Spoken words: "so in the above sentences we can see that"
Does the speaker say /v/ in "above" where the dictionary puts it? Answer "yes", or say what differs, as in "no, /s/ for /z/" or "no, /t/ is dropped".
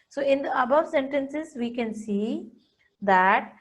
yes